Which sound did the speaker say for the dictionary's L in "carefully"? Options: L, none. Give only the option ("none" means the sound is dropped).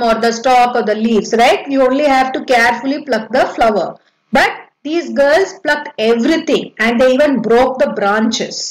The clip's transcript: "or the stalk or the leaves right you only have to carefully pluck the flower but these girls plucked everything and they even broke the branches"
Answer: L